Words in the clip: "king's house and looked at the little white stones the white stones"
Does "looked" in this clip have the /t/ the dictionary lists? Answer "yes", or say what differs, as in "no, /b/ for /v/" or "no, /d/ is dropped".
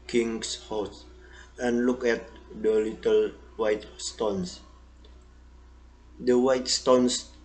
no, /t/ is dropped